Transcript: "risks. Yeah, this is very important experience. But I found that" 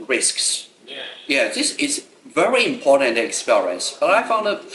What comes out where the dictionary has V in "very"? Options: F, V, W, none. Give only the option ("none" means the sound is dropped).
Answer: V